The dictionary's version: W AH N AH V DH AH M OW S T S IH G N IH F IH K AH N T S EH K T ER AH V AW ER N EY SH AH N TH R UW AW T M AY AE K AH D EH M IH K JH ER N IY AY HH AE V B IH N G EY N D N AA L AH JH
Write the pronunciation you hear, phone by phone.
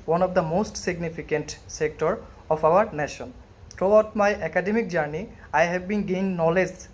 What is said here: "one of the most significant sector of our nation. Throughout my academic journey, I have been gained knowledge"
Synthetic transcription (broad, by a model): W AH N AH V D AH M OW S T S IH G N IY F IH K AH N T S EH K T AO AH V AW ER N EY SH AH N T R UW AW T M AY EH K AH D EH M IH K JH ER N IY AY HH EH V B IH N G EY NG N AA L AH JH